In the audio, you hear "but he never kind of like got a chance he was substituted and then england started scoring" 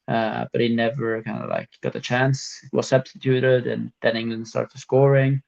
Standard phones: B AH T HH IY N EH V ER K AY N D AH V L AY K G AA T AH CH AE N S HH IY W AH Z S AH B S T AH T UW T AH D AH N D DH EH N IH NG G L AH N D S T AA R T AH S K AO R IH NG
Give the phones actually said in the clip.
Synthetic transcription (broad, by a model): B AH T HH IY N EH V ER K AY N D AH L AY K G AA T AH CH AE N S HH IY W AH Z S AH B S T AH T UW T AH D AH N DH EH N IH NG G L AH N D S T AA R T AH S K AO R IH NG